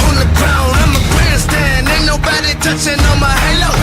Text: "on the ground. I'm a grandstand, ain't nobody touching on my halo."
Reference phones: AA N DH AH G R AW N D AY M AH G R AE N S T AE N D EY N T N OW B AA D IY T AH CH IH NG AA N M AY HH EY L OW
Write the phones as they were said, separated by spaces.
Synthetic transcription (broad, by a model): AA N DH AH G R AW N AY M AH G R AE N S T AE N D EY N N OW B AA D IY T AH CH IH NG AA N M AY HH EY L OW